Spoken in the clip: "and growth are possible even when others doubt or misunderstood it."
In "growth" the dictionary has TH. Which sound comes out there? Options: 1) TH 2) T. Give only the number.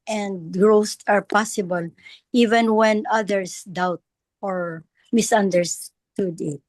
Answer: 2